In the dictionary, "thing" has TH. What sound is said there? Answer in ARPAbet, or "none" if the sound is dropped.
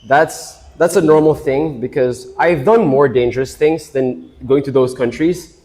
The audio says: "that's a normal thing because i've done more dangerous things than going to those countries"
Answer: TH